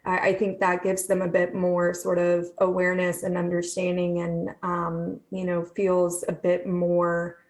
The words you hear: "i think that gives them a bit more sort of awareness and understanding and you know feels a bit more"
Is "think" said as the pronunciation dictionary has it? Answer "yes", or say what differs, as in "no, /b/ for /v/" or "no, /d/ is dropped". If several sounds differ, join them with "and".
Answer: yes